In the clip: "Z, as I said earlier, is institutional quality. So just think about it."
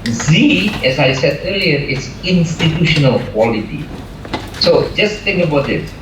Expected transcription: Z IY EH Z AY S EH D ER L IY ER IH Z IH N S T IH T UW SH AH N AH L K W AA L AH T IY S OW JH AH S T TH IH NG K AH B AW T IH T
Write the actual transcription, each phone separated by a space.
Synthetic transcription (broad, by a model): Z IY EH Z AY S EH D ER L IY ER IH S IH N S T IH T UW SH AH N AH L K W AA L AH T IY S OW JH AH S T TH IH NG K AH B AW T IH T